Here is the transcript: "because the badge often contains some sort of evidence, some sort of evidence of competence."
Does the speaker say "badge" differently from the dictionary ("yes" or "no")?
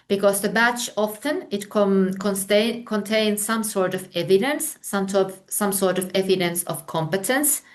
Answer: yes